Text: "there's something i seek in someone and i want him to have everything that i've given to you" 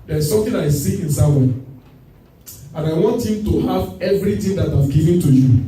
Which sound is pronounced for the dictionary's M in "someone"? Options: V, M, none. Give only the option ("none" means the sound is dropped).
none